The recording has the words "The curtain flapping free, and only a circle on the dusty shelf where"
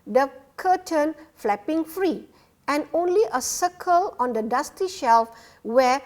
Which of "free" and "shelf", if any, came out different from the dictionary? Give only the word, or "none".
none